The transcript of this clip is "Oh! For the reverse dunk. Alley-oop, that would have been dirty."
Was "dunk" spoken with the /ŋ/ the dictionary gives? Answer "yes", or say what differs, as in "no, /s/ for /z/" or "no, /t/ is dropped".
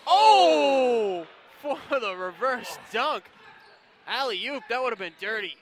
yes